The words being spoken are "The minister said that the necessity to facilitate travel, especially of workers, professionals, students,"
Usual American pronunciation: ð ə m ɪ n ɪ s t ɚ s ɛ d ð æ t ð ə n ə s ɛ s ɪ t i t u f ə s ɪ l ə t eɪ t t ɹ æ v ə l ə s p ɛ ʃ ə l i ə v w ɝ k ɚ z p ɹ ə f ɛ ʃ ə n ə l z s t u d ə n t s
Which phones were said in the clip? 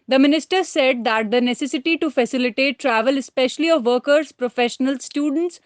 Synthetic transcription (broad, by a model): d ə m ɪ n ɪ s t ɚ s ɛ d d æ t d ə n ə s ɛ s ɪ t i t u f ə s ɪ l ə t eɪ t t ɹ æ v ə l ə s p ɛ ʃ ə l i ə v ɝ k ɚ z p ɹ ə f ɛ ʃ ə n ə l s t u d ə n t s